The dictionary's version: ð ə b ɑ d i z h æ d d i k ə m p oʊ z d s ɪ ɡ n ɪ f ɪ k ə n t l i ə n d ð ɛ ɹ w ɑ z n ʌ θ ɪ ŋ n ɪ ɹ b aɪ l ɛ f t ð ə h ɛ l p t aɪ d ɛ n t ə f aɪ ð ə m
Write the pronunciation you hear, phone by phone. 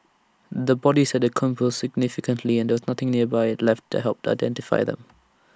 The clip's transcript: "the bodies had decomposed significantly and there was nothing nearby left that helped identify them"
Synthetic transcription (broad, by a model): ð ə b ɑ d i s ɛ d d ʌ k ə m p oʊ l s ɪ ɡ n ɪ f ɪ k ə n t l i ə n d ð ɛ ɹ w ɑ z n ʌ θ ɪ ŋ n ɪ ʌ b aɪ l ɛ f t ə h ɛ l p t aɪ d ɛ n t ə f aɪ ð ə m